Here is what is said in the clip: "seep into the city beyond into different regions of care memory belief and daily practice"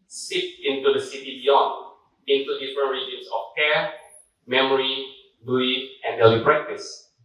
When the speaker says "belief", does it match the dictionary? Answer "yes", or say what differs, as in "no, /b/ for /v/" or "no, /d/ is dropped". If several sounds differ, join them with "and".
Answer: no, /l/ is dropped and /f/ is dropped